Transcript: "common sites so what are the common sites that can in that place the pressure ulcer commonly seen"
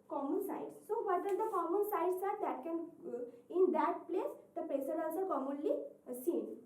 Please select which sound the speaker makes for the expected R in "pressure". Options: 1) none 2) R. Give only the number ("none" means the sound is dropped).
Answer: 1